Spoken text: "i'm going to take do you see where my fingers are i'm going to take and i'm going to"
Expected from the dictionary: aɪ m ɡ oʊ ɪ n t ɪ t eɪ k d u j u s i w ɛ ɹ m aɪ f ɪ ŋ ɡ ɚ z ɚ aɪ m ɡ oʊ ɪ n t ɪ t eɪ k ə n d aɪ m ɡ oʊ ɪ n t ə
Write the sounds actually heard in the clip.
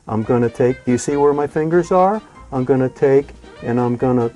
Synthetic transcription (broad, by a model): aɪ m ɡ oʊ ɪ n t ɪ t eɪ k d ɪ j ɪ s i w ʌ ɹ m aɪ f ɪ ŋ ɡ ɚ z ɚ aɪ m ɡ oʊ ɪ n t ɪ t eɪ k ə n aɪ m ɡ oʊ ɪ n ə